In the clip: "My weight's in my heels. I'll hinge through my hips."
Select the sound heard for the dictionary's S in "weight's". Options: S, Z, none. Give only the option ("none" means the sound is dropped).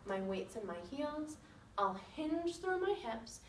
S